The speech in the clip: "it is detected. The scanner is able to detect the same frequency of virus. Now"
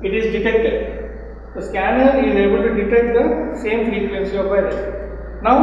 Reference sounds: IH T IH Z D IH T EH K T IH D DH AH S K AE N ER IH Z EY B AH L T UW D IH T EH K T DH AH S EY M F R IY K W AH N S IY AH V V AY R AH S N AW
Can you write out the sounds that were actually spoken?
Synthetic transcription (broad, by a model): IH T IH Z D IH T EH K T IH D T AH S K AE N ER IH Z EY B AH L T UW D IH T EH K T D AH S EY M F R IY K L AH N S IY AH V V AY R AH N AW